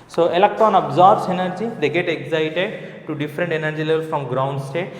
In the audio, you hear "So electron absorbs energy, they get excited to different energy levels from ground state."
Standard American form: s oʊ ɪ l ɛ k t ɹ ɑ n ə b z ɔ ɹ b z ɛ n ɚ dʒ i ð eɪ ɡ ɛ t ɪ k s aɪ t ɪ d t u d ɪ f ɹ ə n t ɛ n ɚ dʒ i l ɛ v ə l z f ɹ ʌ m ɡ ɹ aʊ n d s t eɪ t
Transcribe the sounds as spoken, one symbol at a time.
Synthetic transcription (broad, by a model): s oʊ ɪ l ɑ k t ɑ n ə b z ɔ ɹ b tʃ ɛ n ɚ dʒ i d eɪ ɡ ɛ t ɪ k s aɪ t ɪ d t u d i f ɹ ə n t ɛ n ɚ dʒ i l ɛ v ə l f ɹ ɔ m ɡ ɹ aʊ n d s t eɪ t